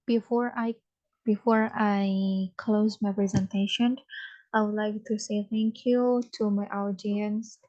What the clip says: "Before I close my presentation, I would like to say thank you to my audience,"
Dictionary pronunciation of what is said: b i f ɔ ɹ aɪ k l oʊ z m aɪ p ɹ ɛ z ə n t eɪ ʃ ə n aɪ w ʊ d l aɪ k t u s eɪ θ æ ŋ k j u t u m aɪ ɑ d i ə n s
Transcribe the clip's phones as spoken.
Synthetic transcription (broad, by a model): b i f ɔ ɹ aɪ k l oʊ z m aɪ p ɹ ɛ z ə n t eɪ ʃ ə n aɪ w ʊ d l aɪ k t u s eɪ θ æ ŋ k j u t u m aɪ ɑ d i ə n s